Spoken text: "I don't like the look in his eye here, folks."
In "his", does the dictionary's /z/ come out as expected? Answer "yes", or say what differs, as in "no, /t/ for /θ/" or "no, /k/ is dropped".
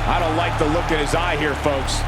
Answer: yes